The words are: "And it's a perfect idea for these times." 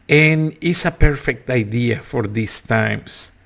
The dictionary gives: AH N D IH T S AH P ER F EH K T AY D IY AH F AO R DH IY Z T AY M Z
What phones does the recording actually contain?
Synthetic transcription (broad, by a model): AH N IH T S AH P ER F EH K T AY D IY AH F AO R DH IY S T AY M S